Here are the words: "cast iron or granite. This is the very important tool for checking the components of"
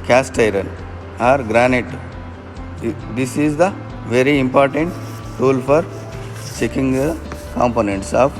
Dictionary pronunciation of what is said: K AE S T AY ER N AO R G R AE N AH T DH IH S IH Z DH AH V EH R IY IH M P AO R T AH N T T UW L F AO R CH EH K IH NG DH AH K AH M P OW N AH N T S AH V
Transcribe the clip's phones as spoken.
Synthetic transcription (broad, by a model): K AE S T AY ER N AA R G R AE N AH T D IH S IH Z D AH V EH R IY IH M P AO R T AH N T T UW L F AO R CH EH K IH NG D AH K AH M P OW N AH N T S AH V